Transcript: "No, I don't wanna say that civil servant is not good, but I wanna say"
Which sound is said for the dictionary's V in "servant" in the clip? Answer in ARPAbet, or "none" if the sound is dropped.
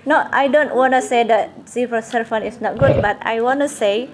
F